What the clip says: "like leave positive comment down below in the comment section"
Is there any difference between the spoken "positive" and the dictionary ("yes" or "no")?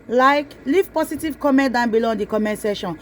yes